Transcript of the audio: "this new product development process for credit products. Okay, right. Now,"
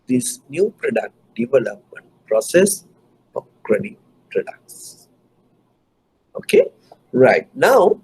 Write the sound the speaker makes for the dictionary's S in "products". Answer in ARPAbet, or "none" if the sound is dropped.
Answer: S